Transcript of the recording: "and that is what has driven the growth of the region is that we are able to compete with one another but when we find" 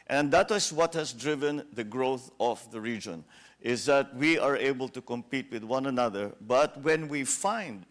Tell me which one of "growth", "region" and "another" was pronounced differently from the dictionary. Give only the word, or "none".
none